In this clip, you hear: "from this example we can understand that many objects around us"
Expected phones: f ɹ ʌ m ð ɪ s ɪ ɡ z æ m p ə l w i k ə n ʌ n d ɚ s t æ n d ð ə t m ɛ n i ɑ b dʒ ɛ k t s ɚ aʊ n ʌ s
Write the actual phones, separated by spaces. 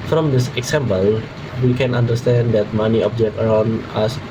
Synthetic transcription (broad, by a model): f ɹ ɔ m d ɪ s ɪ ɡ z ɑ m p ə l w i k ə n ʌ n d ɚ s t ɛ n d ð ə t m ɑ n i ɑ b dʒ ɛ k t ɚ aʊ n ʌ s